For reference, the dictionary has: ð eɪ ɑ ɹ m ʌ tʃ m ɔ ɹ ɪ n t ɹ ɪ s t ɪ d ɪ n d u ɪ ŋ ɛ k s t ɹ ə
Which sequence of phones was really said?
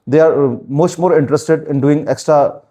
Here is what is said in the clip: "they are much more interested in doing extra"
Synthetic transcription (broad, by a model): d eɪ ɑ ɹ m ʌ s m ɔ ɹ ɪ n t ɹ ɪ s t ɪ d ɪ n d u ɪ ŋ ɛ k s t ɹ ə